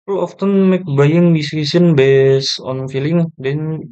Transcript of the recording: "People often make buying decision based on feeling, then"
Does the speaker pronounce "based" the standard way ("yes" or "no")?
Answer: no